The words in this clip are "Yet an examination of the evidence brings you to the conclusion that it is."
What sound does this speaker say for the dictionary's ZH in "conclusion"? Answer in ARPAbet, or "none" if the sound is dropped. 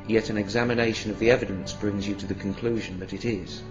ZH